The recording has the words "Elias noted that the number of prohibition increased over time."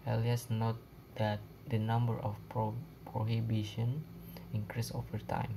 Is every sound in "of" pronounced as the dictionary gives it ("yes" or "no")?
no